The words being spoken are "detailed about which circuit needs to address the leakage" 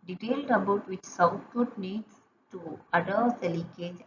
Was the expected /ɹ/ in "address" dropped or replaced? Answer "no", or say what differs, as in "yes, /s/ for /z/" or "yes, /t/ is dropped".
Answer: yes, /ɹ/ is dropped